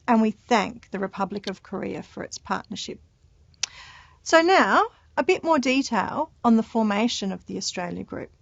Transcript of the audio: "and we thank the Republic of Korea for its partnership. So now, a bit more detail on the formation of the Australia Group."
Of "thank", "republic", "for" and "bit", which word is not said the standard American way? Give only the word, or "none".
none